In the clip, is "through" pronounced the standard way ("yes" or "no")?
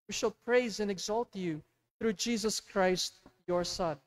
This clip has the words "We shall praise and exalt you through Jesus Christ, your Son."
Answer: yes